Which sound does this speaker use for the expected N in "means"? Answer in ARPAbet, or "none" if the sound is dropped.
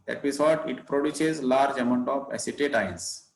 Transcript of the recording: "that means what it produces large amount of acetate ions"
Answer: none